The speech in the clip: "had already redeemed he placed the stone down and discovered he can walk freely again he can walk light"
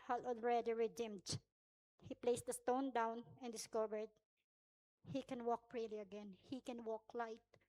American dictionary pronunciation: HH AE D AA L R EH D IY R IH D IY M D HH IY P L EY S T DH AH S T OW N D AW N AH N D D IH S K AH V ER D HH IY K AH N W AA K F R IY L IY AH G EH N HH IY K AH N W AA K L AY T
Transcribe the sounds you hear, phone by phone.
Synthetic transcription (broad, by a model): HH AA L AA L R EH D IY R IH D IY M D HH IY P L EY S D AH S T OW N D AW N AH N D D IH S K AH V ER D HH IY K AH N W AA K P R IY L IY AH G EH N HH IY K AH N W AA K L AY T